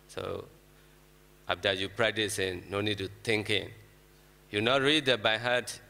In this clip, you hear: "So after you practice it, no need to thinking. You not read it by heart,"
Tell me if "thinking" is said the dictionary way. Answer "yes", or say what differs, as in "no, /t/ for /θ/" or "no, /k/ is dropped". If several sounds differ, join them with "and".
no, /t/ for /θ/